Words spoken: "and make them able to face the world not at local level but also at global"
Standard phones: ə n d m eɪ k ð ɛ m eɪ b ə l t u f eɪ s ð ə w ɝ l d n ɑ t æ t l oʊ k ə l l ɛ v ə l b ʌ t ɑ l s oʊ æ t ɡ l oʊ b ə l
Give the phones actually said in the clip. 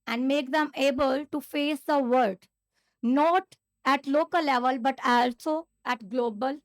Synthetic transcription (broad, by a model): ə n d m eɪ k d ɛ m eɪ b ə l t u f eɪ s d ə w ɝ d n ɑ t æ t l oʊ k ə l l ɛ v ə l b ʌ t ɑ l s oʊ æ t ɡ l oʊ b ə l